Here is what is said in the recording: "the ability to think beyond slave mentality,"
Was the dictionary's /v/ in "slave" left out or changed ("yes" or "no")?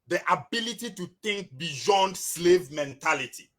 no